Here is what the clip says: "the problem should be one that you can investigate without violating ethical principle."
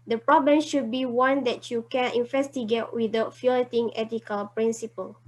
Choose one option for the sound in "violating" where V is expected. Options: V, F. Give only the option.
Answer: F